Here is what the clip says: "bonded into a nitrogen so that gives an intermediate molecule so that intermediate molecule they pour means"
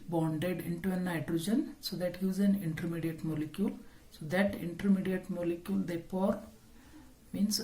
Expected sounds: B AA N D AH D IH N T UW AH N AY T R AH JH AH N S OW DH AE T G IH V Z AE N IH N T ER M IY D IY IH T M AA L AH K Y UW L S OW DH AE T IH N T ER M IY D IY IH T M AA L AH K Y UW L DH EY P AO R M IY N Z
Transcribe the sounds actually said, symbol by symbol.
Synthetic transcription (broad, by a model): B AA N D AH D IH N T UW AH N AY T R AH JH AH N S OW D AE T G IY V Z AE N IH N T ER M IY D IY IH T M AA L AH K Y UW L S OW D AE T IH N T ER M IY D IY IH T M AA L AH K Y UW L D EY F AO R M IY N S